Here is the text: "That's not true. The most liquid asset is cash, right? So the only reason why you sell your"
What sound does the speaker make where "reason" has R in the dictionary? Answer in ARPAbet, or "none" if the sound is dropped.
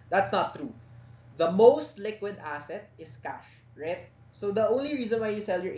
R